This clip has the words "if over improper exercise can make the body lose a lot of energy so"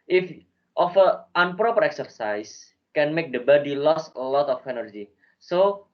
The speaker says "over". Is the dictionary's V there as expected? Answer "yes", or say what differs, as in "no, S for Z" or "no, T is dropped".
no, F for V